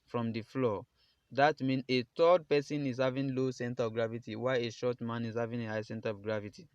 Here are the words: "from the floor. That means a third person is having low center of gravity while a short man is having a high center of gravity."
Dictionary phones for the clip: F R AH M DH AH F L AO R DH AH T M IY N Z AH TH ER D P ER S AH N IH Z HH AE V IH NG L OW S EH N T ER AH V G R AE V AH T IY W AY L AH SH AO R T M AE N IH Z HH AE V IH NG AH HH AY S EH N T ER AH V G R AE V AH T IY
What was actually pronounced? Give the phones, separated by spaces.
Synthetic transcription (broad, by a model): F R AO M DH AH F L AO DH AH T M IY N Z AH T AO D P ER S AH N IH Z HH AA V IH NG L OW S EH N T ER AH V G R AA V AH T IY W AY AH SH AO T M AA N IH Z HH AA V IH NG AH HH AY S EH N T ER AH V G R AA V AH T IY